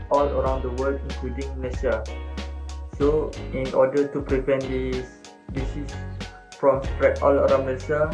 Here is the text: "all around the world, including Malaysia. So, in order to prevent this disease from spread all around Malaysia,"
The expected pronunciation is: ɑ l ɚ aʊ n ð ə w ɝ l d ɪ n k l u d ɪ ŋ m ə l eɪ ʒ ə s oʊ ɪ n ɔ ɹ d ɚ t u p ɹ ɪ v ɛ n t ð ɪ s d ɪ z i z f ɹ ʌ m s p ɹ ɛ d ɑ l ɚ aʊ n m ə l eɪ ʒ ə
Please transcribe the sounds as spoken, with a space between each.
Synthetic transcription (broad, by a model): ɑ l ɚ aʊ n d ə w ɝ l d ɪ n k l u d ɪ ŋ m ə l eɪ s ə s oʊ ɪ n ɔ d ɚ t u p ɹ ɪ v ɛ n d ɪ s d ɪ s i s f ɹ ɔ m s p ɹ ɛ ɑ l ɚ aʊ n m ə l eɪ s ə